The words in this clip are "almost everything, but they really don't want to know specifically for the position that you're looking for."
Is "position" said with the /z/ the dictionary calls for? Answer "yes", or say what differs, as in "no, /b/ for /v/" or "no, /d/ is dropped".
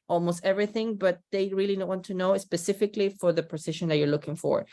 no, /s/ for /z/